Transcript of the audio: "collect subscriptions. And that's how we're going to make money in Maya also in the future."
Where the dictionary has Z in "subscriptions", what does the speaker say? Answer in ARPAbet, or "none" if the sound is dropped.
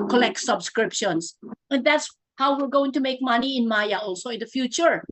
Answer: S